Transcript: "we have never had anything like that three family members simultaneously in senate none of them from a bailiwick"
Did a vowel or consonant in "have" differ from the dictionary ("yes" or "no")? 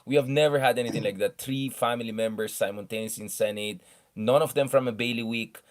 no